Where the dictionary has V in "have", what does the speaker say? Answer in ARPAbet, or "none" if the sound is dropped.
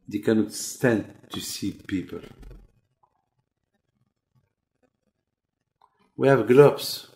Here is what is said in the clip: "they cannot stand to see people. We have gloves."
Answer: V